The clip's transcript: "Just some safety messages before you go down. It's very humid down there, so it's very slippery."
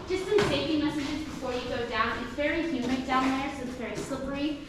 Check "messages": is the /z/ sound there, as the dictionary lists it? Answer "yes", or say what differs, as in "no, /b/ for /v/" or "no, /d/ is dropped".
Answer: yes